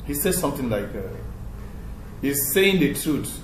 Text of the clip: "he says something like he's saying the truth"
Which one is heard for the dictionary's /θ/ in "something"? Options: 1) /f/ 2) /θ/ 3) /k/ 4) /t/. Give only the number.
4